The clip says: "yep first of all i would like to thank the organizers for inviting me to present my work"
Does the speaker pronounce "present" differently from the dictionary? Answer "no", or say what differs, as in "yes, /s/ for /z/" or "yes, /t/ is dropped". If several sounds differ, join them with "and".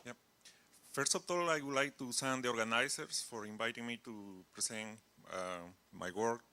yes, /s/ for /z/